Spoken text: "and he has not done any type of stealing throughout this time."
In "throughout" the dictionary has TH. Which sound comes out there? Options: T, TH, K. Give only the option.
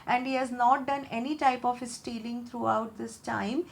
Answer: T